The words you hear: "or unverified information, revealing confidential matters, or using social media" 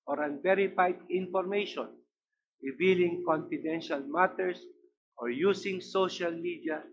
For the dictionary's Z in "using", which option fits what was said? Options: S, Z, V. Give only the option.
S